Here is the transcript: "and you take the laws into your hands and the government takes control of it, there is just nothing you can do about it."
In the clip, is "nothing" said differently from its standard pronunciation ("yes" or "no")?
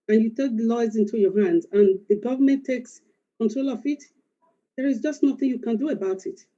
no